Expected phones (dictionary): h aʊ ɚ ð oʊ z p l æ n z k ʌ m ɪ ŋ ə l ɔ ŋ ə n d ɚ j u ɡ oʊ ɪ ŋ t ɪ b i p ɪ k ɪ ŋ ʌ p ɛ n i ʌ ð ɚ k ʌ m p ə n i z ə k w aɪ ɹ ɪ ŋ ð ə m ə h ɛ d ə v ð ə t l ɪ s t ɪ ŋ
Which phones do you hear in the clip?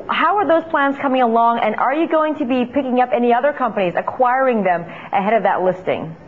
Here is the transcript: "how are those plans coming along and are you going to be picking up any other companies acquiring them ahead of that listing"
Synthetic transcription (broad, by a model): h aʊ ɚ ð oʊ z p l æ n z k ʌ m ɪ ŋ ə l ɔ ŋ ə n ɚ j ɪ ɡ oʊ ɪ ŋ t ɪ b i p ɪ k ɪ ŋ ʌ p ɛ n i ʌ ð ɚ k ʌ m p ə n i z ə k w aɪ ɹ ɪ ŋ ð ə m ə h ɛ d ə v ð ə t l ɪ s t ɪ ŋ